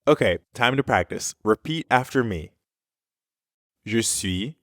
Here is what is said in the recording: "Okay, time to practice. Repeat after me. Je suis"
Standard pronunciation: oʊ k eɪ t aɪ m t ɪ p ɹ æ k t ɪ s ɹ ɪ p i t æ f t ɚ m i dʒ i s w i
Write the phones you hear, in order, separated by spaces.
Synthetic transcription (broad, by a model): oʊ k eɪ t aɪ m t ɪ p ɹ æ k t ɪ s ɹ ɪ p i t æ f t ɚ m i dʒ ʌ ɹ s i